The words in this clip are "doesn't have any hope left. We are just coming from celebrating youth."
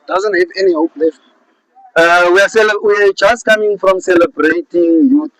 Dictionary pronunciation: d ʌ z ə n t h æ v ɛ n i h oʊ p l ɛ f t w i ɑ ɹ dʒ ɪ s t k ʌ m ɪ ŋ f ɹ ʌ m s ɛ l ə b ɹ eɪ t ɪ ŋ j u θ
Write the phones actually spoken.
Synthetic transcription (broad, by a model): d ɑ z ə n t h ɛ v ɛ n i h oʊ p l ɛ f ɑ w i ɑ w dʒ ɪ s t k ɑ m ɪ ŋ f ɹ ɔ m s ɛ l ə b ɹ eɪ t ɪ ŋ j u